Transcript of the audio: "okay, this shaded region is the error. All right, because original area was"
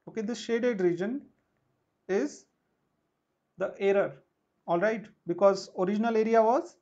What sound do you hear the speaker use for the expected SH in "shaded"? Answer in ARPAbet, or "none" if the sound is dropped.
SH